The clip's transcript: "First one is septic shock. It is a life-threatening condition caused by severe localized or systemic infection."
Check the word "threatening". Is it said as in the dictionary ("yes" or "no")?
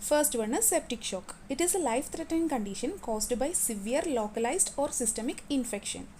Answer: no